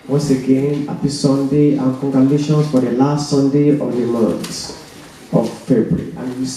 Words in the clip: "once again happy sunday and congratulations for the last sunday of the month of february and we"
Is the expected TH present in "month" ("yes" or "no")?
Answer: no